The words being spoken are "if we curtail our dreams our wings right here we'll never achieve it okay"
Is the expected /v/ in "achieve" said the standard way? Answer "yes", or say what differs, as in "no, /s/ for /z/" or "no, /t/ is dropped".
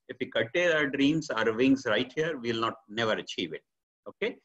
yes